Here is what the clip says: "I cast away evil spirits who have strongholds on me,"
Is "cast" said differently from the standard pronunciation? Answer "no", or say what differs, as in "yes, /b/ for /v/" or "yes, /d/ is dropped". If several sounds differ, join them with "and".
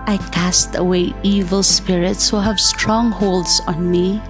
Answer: no